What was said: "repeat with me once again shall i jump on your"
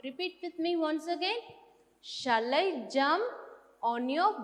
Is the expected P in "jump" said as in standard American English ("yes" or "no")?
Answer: no